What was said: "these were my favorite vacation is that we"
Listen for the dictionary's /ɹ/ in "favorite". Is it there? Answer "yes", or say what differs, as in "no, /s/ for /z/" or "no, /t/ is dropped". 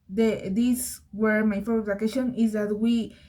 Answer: no, /ɹ/ is dropped